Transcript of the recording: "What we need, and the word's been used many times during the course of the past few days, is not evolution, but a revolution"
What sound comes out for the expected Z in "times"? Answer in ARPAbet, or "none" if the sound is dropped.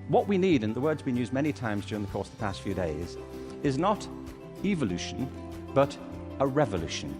Z